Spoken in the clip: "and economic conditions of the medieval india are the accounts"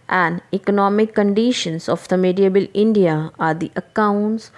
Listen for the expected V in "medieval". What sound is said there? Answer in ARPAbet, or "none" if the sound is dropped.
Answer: B